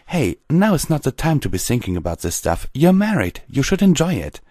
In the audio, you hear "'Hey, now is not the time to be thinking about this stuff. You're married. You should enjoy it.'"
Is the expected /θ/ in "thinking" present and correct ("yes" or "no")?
yes